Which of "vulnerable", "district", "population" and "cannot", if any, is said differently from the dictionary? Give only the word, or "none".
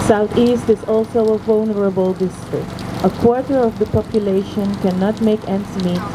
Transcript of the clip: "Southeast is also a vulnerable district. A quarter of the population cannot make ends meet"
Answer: none